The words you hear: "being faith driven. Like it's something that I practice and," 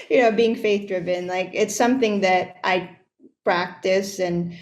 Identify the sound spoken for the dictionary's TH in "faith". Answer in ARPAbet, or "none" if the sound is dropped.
TH